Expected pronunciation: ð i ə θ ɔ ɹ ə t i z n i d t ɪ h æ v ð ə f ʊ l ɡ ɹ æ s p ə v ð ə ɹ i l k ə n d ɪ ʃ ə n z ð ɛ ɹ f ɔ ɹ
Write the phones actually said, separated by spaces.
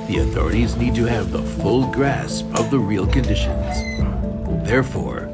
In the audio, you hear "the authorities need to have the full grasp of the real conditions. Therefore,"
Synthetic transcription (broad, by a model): ð i ə θ ɔ ɹ ə t i z n i d t ɪ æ v ð ə f ʊ l ɡ ɹ æ s p ə v ð ə ɹ i l k ə n d ɪ ʃ ə n z ð ɛ ɹ f ɔ ɹ